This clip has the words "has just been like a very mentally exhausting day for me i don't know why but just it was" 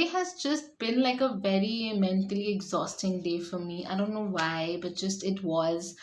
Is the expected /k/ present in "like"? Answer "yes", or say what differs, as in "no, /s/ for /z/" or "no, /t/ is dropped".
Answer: yes